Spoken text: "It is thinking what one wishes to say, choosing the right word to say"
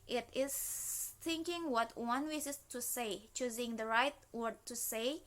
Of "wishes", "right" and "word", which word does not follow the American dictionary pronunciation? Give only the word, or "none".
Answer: wishes